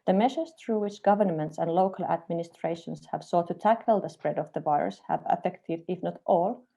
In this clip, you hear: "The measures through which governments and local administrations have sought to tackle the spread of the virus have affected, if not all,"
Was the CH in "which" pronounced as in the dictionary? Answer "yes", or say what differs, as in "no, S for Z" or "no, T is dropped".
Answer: yes